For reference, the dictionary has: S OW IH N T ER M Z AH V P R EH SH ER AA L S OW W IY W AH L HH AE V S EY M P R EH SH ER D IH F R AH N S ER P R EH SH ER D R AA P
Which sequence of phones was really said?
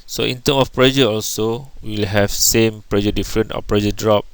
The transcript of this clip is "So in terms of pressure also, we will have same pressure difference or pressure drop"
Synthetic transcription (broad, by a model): S OW IH N T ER M AH F P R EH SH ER AA L S OW W IY L HH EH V S EY M P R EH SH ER D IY F R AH N AO P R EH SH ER D R AA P